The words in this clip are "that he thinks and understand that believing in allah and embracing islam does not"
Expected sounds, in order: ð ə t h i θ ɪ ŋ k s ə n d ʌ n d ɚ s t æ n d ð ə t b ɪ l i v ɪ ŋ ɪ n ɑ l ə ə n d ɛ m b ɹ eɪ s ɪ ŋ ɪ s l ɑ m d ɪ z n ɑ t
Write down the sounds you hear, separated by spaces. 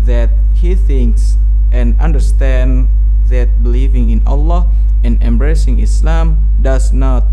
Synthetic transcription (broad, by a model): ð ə t h i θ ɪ ŋ k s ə n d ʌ n d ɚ s t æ n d ð ə t b ɪ l i v ɪ ŋ ɪ n ɑ l ə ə n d ɛ m b ɹ eɪ s ɪ ŋ ɪ s l ɑ m d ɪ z n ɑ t